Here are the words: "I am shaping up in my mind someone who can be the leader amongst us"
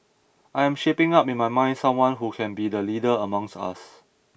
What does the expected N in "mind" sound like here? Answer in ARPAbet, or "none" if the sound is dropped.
N